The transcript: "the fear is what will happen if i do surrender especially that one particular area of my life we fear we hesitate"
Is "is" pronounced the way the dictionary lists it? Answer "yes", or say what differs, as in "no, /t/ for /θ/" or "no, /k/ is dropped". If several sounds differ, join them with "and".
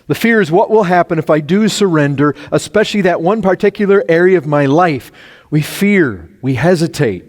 yes